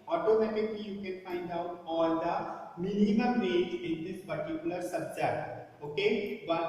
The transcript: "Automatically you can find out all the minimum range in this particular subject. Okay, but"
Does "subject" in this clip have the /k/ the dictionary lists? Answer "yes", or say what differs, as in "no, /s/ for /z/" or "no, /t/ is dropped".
no, /k/ is dropped